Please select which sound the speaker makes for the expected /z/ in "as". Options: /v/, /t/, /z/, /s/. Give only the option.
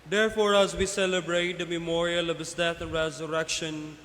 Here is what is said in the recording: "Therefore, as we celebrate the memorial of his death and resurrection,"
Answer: /z/